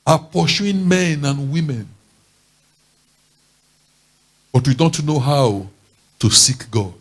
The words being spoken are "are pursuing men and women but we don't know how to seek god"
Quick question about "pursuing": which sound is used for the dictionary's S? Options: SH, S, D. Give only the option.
SH